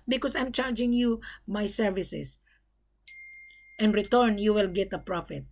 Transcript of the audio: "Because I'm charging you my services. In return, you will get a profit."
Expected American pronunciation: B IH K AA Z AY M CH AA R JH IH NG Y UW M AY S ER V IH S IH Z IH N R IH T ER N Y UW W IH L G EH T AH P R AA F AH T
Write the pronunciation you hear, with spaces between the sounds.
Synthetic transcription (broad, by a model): B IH K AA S AY M CH AA R JH IH NG Y UW M AY S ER V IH S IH S IH N R IH T ER N Y UW W IH L G EH T AH P R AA F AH T